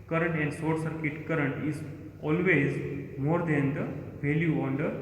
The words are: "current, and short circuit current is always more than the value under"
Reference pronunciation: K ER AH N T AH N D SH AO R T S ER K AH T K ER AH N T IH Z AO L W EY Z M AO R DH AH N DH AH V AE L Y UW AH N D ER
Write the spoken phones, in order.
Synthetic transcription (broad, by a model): K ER AH N T AH N D S AO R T S ER K AH T K ER AH N T IH Z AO L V EY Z M AO R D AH N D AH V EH L Y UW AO N D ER